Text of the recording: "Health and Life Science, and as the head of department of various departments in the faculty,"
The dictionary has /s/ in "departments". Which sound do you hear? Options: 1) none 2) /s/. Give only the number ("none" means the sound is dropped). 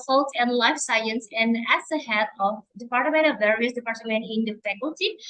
1